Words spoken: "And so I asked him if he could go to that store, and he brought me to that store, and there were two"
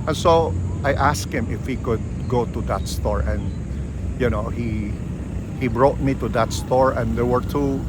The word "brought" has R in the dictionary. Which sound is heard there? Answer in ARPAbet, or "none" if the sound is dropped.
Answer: R